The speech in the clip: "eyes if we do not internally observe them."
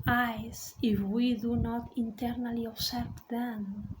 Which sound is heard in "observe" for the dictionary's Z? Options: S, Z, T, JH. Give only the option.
S